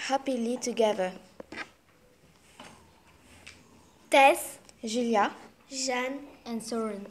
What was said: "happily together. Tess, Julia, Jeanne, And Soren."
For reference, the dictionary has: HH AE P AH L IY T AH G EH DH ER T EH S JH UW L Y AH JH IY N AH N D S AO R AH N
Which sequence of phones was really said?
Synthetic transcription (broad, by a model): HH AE P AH L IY T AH G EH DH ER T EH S ZH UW L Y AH ZH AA N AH N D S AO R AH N